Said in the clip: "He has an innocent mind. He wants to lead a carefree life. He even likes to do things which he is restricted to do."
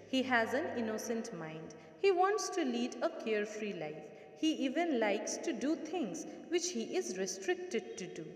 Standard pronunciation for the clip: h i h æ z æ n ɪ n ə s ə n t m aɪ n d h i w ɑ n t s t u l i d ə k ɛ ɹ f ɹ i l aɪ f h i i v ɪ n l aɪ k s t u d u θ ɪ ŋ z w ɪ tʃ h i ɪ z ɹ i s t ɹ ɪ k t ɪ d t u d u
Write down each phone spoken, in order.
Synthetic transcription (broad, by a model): h i h æ z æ n ɪ n ə s ə n t m aɪ n d h i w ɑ n t s t u l i d ə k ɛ ɹ f ɹ i l aɪ f h i i v ɪ n l aɪ k s t u d u t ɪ ŋ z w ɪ tʃ h i ɪ z ɹ i s t ɹ ɪ k t ɪ d t u d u